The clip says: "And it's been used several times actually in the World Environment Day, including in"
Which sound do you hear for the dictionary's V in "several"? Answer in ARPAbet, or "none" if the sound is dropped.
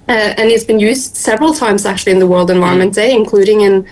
V